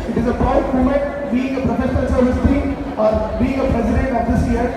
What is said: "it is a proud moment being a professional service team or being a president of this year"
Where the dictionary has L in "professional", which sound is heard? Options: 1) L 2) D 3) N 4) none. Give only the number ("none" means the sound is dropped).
3